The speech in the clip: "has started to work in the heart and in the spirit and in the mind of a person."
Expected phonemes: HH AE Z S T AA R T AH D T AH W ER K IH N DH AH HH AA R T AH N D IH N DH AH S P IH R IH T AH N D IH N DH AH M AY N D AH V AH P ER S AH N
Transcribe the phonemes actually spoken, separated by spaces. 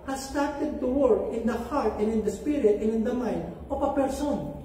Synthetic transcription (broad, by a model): HH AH S T AA R T AH D T AH W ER K IH N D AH HH AA R T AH N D IH N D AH S P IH R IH T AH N IH N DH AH M AY N D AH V AH P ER S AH N